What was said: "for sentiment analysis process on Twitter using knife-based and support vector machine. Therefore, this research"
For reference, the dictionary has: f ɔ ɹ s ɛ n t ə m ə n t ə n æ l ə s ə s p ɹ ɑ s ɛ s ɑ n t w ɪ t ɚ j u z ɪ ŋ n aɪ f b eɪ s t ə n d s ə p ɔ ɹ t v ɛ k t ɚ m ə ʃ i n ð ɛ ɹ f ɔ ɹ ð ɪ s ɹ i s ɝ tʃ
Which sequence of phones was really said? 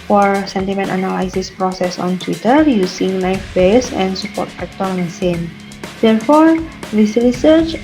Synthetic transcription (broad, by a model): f ɔ ɹ s ɛ n t ə m ə n t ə n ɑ l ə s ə s p ɹ ɑ s ɛ s ɑ n t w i t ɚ j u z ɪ ŋ l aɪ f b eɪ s ə n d s ə p ɔ ɹ t f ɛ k t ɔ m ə s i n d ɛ ɹ f ɔ ɹ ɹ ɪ s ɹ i s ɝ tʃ